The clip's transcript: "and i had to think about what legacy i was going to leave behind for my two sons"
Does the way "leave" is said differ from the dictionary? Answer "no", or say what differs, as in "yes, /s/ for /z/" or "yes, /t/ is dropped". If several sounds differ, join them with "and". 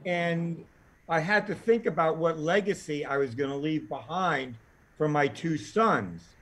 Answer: no